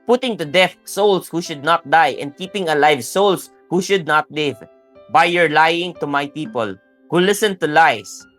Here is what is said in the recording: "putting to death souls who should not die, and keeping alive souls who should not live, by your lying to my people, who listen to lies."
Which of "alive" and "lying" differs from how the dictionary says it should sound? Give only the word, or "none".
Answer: none